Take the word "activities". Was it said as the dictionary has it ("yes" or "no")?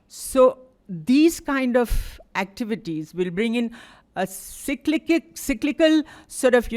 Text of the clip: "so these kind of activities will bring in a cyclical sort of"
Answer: yes